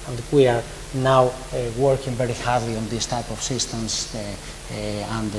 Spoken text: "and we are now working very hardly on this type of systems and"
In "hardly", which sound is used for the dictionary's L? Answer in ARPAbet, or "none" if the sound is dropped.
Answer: L